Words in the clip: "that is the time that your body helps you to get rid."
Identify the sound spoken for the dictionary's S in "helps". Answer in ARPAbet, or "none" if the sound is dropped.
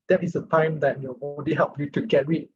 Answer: none